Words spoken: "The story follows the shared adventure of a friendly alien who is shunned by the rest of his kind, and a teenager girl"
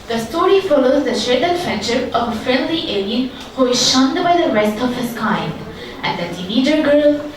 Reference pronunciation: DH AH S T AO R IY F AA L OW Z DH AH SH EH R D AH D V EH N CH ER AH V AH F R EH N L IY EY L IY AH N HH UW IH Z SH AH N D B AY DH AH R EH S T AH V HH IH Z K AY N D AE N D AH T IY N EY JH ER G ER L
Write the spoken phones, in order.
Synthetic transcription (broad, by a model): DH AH S T AO R IY F AA L OW Z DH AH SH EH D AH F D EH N SH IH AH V AH F EH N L IY EY L IY AH N HH UW IH Z SH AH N D B AY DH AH R EH S T AH V HH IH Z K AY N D AE N D AH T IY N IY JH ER G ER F